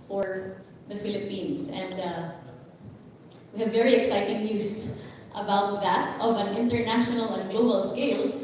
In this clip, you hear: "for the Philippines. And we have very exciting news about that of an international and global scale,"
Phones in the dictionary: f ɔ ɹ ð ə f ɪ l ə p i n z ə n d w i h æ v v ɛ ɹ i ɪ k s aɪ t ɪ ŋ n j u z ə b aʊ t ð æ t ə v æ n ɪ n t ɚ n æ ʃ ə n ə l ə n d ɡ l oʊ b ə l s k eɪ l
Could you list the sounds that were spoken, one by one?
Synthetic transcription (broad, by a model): f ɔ ɹ ð ə f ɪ l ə p i n s ə n d w i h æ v v ɛ ɹ i ɪ k s aɪ t ɪ ŋ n j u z ə b aʊ t ð æ t ə v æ n ɪ n t ɚ n æ ʃ ə n ə l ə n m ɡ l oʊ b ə l s k eɪ l